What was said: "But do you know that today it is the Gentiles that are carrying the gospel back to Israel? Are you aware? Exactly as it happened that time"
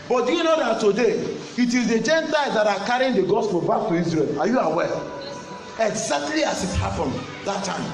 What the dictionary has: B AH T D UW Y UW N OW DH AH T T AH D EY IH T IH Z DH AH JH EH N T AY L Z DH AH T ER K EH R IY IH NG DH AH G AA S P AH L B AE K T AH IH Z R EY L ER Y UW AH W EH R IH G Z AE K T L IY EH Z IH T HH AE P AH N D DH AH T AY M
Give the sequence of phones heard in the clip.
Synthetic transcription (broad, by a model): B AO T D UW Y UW N OW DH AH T T AH D EY IH T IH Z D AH JH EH N T AY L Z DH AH T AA K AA R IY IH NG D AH G AA S P AH L B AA K T AH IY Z R EY L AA Y UW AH W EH L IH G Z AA K T L IY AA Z IH T HH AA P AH N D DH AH T AY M